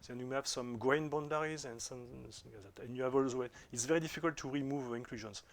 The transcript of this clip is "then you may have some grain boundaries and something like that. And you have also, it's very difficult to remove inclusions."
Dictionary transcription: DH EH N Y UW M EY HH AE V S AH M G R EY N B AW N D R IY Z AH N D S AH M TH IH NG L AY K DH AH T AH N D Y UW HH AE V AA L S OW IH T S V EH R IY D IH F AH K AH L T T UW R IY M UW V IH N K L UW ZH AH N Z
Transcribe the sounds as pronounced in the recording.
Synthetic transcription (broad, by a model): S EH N Y UW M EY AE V S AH M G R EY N B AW N D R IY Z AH N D S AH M S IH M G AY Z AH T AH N Y UW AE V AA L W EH IH T S V EH R IY D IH F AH K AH L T T UW R IY M UW V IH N K L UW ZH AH N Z